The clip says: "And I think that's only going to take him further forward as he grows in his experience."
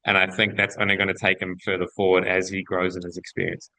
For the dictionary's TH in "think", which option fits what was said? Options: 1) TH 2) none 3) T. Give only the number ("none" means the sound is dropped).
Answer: 1